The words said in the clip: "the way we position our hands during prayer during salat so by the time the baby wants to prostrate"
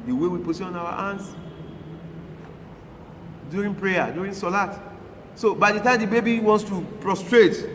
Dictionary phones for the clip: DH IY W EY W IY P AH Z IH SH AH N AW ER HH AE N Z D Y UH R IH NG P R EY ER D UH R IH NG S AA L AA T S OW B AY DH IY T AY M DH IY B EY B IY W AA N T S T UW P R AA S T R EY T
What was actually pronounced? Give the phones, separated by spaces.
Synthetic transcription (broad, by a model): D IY W EY W IY P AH S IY AH N AW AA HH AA N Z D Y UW R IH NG P R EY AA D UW R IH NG S AA L AA T S OW B AY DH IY T AY M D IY B EY B IY W AA N T S T UW P R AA S T R EY T